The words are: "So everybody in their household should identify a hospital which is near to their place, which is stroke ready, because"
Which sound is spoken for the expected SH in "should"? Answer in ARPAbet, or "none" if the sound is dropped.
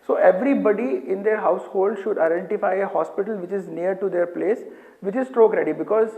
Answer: SH